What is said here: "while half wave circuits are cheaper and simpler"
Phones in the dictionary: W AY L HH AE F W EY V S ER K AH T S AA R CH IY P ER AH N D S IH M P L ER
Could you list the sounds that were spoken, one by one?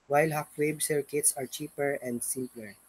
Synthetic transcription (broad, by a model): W AY L HH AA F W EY B S ER K AH T S AA R CH IY P ER AH N D S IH M P L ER